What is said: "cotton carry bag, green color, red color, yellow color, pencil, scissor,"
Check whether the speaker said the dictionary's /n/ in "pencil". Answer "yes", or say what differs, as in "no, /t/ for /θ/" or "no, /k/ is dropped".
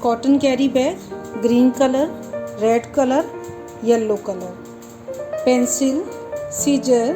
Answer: yes